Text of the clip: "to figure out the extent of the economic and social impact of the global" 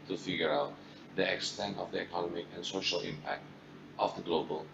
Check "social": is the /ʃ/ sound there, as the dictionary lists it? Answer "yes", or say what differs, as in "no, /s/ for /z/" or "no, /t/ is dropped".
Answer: yes